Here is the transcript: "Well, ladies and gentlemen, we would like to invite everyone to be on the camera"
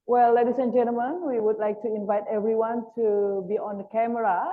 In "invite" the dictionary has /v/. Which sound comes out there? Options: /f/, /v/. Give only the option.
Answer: /v/